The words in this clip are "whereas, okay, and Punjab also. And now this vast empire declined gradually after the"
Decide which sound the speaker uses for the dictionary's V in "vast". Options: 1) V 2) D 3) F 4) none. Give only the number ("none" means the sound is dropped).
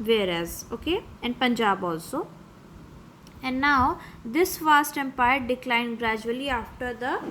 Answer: 3